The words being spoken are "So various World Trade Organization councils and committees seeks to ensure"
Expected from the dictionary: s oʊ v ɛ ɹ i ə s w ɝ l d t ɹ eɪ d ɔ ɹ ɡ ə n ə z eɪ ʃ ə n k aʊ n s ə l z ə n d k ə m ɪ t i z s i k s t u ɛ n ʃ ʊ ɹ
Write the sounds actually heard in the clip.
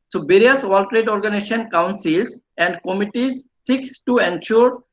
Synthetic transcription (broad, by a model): s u b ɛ ɹ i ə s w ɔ l t ɹ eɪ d ɔ ɹ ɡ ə n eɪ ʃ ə n k aʊ n s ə l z ə n d k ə m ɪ t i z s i k s t u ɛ n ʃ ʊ ɹ